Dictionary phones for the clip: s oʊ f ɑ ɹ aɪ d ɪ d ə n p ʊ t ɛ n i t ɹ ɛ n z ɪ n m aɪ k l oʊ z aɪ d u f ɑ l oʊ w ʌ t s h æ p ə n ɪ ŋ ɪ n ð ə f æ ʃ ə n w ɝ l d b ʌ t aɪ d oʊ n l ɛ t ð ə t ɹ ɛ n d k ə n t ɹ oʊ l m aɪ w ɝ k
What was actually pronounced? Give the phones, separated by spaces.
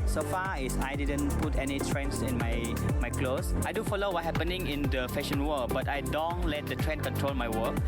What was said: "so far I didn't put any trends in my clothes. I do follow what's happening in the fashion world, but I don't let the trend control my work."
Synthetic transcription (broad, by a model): s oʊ f ɑ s aɪ d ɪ d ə n p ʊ t ɛ n i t ɹ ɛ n s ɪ n m aɪ k l oʊ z aɪ d u f ɑ l oʊ w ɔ t h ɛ p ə n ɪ ŋ ɪ n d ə f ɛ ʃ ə n w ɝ b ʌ t aɪ d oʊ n l ɛ t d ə t ɹ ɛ n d k ə n t ɹ oʊ l m aɪ w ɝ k